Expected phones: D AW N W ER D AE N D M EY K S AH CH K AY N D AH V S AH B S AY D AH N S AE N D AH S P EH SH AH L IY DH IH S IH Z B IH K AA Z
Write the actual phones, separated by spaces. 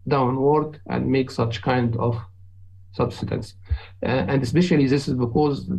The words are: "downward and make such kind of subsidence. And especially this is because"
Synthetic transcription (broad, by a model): D AW N W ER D AE N D M EY K S AH CH K AY N D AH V S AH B S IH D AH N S AE N D AH S P EH SH AH L IY DH IH S IH Z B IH K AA Z